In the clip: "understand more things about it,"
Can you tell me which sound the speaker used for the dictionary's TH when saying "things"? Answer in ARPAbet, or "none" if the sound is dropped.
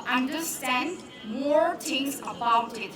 T